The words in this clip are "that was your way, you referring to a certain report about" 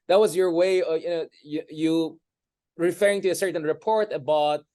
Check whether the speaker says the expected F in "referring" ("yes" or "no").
yes